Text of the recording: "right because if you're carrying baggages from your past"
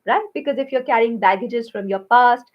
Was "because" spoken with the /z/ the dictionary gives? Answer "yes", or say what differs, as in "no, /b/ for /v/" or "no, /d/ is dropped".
yes